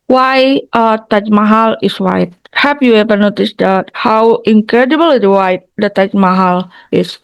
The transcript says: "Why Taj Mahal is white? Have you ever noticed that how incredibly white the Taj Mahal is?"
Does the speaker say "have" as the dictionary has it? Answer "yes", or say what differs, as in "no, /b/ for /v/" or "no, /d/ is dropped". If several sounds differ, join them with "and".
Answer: no, /p/ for /v/